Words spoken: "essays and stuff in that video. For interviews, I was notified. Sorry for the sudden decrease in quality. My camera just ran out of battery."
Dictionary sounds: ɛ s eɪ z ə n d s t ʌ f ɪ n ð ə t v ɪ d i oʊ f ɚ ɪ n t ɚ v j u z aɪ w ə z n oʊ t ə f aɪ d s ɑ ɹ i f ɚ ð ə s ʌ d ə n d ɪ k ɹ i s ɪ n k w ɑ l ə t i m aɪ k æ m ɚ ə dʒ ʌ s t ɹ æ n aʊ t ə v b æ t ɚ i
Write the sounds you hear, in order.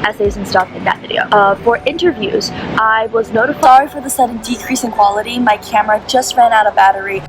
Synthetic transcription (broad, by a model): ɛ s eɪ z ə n s t ʌ f ɪ n ð ə t v ɪ d i oʊ f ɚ ɪ n t ɚ v j u z aɪ w ə z n oʊ t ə f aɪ ɑ i f ɚ ð ə s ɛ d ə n d ɪ k ɹ i s ɪ n k w ɑ l ə t i m aɪ k æ m ɚ ə dʒ ʌ s t ɹ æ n aʊ t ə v b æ t ɚ i